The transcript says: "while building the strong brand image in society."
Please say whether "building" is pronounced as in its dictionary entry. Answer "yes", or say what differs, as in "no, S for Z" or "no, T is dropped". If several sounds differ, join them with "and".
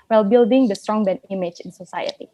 yes